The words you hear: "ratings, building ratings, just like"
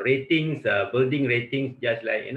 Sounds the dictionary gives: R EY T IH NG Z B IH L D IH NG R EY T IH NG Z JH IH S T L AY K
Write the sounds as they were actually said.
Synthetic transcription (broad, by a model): R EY T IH NG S B IH L D IH NG R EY T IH NG S JH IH S L AY K